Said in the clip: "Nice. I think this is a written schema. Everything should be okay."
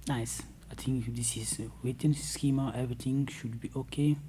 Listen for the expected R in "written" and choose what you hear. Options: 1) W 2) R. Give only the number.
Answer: 1